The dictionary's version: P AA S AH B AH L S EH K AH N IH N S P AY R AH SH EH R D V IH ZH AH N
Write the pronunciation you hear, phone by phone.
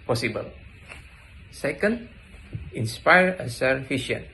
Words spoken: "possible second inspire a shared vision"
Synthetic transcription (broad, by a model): P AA S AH B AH L S EH K AH N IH N S P AY R AH S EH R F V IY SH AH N